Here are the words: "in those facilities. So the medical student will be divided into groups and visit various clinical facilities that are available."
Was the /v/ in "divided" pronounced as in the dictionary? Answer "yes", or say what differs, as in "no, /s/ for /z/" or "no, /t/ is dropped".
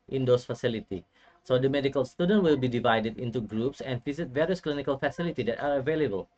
yes